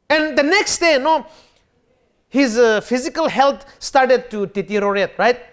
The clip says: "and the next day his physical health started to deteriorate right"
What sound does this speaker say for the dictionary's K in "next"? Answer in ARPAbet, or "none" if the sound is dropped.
K